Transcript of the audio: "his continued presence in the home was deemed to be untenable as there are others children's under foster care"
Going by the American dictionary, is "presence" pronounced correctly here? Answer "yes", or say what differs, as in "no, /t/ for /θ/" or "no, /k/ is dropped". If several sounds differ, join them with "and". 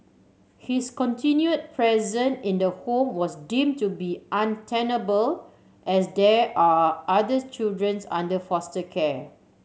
no, /s/ is dropped